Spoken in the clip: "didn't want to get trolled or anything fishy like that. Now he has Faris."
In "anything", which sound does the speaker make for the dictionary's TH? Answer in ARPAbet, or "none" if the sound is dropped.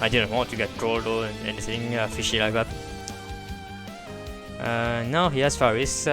S